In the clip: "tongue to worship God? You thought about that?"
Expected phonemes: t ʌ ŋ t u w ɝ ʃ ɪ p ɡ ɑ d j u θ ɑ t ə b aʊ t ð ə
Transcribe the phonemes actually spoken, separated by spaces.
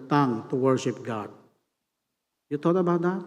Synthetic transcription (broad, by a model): t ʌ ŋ t u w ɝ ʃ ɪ p ɡ ɑ d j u t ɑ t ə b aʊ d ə